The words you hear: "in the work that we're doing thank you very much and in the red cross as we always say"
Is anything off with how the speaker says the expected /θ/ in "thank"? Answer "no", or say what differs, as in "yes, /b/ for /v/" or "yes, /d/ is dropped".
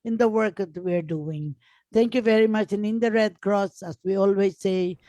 yes, /t/ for /θ/